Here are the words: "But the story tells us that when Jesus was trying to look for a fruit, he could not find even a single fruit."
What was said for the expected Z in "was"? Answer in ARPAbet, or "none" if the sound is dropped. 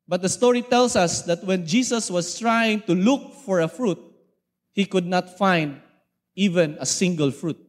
S